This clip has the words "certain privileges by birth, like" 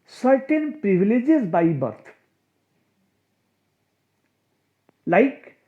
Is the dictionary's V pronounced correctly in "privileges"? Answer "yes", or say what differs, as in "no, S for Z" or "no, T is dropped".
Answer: no, B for V